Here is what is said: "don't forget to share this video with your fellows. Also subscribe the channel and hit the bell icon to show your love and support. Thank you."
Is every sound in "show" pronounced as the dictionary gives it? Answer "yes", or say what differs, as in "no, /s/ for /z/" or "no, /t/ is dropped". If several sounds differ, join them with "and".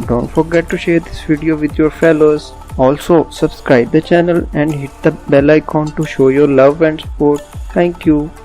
yes